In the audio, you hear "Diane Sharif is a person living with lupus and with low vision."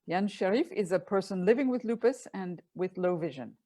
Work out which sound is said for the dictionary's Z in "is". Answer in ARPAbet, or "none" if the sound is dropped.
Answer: Z